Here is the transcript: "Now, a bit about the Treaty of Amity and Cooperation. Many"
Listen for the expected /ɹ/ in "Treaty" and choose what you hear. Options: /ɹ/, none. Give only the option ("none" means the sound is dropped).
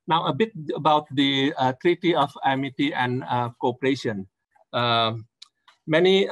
/ɹ/